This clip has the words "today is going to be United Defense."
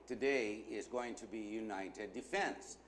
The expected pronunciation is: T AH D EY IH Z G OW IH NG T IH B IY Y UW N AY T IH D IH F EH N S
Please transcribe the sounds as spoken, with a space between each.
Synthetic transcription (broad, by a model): T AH D EY IH Z G OW IH NG T IH B IY Y UW N AY T IH D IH F EH N S